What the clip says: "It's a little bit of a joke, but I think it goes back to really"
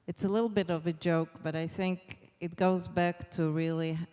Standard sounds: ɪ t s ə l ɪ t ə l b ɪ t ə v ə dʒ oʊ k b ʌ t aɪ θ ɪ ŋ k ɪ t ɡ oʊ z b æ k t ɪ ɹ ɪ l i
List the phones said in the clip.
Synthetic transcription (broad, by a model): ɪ t s ə l ɪ t l b ɪ t ə v ə dʒ oʊ k b ʌ t aɪ θ ɪ ŋ k ɪ t ɡ oʊ z b æ k t ɪ ɹ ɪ l i